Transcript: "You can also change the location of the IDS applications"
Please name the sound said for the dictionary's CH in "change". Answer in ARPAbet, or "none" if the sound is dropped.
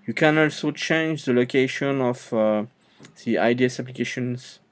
CH